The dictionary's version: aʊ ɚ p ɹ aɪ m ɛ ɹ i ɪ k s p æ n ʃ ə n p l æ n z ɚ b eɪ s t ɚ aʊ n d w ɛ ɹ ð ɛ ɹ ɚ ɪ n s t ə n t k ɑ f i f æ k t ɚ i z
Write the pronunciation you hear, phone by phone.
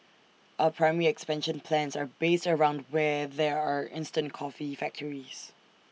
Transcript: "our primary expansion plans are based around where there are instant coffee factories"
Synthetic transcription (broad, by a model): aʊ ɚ p ɹ aɪ m ɛ ɹ i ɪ k s p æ n ʃ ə n p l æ n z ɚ b eɪ s t ɚ aʊ n d w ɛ ð ɛ ɹ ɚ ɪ n s t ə n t k ɑ f i f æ k t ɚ i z